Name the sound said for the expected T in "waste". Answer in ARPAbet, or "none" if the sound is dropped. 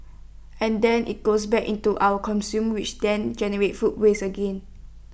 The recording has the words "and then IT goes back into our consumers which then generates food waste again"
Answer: none